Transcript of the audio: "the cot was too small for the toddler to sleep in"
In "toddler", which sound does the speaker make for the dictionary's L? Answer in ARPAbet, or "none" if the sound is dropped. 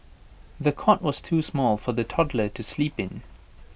L